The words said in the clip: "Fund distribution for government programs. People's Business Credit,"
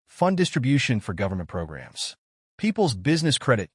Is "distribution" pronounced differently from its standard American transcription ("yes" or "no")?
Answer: no